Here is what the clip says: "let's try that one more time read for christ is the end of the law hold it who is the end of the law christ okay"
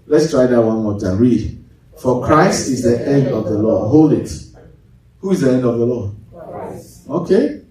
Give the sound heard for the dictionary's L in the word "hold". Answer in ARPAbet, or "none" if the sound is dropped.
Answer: L